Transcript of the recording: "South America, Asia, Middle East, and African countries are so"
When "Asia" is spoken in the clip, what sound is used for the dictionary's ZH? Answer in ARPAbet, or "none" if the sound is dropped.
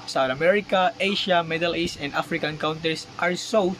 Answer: SH